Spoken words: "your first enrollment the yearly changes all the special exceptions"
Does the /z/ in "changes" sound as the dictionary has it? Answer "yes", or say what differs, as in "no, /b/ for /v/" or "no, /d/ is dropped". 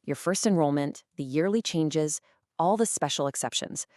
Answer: yes